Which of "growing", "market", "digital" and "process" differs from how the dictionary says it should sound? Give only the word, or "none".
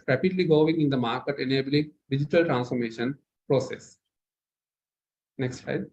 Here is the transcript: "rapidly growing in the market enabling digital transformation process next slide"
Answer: growing